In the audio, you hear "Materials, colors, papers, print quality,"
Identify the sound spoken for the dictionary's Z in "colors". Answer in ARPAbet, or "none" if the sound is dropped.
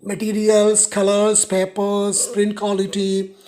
S